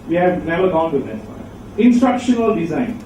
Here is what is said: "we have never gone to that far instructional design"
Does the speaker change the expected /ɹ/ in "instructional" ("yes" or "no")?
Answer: no